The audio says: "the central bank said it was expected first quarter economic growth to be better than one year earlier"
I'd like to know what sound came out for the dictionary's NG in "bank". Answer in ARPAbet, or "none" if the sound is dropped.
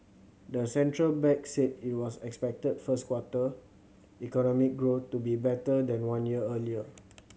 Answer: none